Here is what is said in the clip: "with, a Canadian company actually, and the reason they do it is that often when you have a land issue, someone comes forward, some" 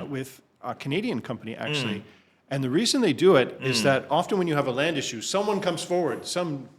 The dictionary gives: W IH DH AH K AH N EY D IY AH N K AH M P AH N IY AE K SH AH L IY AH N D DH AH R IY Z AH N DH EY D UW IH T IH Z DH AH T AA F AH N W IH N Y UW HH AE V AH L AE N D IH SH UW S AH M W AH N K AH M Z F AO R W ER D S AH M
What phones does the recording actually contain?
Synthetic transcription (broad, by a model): W IH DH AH K AH N EY D IY AH N K AH M P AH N IY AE K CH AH L IY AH N DH AH R IY Z AH N DH EY D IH IH T IH Z DH AH T AA F AH N W IH N Y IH V AH L AE N D IH SH UW S AH M W AH N K AH M Z F AO R W ER D S AH M